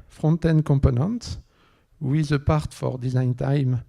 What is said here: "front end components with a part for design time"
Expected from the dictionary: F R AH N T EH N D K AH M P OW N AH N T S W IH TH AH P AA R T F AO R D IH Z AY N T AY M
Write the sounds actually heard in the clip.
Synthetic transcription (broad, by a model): F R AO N T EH N K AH P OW N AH N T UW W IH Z AH P AA R T F AO R D IH Z AY N T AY M